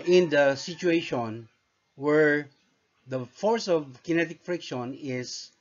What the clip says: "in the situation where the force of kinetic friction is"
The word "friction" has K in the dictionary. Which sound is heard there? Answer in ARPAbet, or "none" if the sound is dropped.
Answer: K